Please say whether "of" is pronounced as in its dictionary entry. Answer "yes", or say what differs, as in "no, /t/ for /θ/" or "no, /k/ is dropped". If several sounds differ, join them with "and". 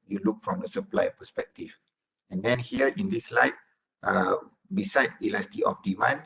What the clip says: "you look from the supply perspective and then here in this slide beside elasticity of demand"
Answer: no, /p/ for /v/